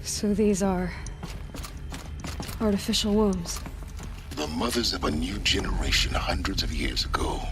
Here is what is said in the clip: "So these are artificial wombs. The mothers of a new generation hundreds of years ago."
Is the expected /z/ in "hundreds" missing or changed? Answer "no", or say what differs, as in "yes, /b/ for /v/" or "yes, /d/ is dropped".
no